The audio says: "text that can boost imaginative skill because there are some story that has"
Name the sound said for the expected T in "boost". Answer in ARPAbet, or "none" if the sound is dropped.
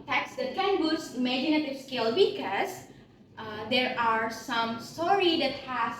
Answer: none